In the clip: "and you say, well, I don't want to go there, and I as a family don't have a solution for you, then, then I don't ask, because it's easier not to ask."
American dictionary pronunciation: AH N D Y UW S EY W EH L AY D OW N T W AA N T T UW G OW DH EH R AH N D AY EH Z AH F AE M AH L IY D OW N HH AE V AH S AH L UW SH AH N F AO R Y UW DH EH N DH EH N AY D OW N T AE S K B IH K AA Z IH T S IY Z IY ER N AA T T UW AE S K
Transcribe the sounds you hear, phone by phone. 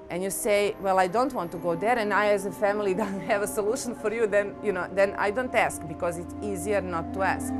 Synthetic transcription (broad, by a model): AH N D Y UW S EY W EH L AY D OW N T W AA N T T UW G OW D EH R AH N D AY EH Z AH F AE M AH L IY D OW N HH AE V AH S AH L UW SH AH N F AO R Y UW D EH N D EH N AY D OW N T AE S K B IH K AA Z IH T S IY Z IY ER N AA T T UW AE S K